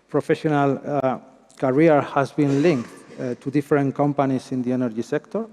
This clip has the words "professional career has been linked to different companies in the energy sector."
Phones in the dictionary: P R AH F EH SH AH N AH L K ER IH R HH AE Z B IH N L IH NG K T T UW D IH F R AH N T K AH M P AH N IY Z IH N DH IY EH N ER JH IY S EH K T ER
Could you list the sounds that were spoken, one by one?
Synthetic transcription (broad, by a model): P R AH F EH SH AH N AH L K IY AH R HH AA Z B IH N L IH NG K T T UW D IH F R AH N K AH M P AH N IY S IH N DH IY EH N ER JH IY S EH K T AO